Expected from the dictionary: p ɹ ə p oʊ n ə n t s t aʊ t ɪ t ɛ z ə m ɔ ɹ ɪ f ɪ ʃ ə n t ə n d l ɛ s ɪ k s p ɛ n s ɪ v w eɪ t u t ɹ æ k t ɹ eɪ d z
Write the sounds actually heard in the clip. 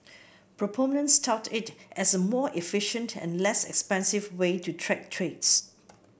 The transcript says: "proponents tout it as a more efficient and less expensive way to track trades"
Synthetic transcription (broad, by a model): p ɹ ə p oʊ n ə n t s t aʊ t ɪ t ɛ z ə m ɔ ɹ ɪ f ɪ ʃ ə n t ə n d l ɛ s ɪ k s p ɛ n s ɪ v w eɪ t u t ɹ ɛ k t ɹ eɪ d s